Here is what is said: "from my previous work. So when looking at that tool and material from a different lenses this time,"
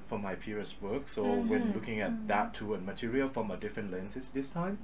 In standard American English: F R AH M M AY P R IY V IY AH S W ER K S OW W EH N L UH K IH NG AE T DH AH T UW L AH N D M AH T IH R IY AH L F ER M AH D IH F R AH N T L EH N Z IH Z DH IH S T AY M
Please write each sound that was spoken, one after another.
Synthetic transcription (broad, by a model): F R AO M M AY P IY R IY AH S W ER K S OW W EH N L UH K IH NG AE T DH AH T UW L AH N M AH T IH R IY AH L F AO M AH D IH F R AH N T L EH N S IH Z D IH S T AY M